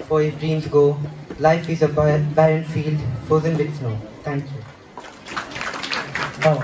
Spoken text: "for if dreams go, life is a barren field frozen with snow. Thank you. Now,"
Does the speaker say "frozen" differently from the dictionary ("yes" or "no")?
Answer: yes